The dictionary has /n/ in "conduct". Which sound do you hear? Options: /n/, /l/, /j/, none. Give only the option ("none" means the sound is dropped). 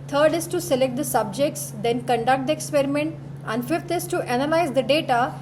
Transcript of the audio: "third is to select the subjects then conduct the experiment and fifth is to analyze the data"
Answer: /n/